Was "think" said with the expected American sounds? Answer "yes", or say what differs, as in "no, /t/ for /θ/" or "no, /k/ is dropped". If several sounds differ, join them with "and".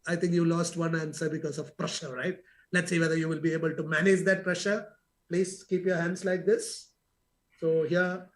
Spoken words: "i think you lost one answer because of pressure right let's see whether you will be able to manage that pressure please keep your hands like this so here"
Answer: no, /t/ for /θ/